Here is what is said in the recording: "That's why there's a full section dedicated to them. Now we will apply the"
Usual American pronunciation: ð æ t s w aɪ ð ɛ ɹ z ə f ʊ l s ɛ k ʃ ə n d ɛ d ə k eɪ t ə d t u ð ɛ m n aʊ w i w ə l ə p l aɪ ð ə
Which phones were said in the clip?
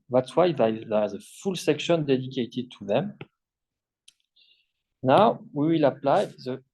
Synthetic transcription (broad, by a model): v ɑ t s w aɪ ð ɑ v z ə f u l s ɛ k ʃ ə n d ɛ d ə k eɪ t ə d t u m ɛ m n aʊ w i w ə l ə p l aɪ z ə